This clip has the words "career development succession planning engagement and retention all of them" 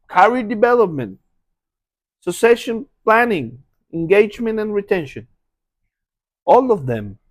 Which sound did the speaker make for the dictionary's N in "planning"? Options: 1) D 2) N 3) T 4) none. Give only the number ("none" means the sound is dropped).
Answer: 2